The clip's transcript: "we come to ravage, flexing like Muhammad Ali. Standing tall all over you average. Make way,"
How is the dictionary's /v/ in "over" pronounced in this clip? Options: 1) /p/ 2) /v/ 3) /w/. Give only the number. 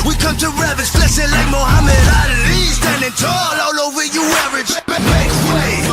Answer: 3